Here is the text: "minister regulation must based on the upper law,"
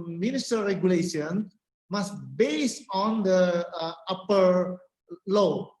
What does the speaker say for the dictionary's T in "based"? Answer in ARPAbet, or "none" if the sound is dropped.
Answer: none